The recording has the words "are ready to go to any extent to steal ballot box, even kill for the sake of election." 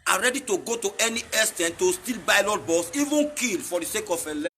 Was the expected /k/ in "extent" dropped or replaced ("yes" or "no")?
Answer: yes